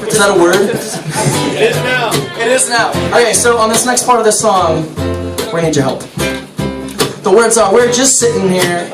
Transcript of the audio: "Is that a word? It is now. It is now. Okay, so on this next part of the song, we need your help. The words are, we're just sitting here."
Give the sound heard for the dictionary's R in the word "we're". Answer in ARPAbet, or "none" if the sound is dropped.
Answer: R